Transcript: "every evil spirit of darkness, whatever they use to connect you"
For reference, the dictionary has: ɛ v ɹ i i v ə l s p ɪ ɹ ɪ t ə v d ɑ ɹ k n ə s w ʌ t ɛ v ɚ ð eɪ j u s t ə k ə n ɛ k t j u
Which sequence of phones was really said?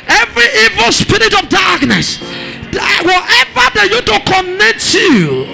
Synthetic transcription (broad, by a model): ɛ v ɹ i i v ə l s p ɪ ɹ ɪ t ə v d ɑ ɹ k n ə s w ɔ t ɛ v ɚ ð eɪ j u t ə k ə n ɛ k t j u